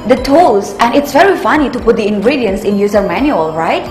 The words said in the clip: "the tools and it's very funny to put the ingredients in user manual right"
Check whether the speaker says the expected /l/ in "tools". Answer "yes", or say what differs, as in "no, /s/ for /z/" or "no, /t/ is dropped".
no, /l/ is dropped